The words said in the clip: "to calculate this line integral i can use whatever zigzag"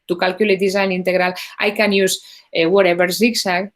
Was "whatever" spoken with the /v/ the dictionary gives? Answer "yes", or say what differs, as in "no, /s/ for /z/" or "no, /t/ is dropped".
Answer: no, /b/ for /v/